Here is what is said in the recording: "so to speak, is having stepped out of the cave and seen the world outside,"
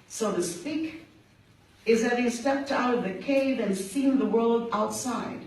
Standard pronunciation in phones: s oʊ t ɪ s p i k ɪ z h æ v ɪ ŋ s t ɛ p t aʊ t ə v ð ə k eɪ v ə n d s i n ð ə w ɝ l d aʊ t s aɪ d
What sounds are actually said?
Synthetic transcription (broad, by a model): s oʊ t ɪ s p i k ɪ z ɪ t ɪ s t ɛ p t aʊ t ə v ð ə k eɪ v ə n s i n ð ə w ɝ l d aʊ t s aɪ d